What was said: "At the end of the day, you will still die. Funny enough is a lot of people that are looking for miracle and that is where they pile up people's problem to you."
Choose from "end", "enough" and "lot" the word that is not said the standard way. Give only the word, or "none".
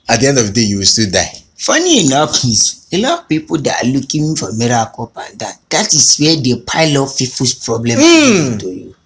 enough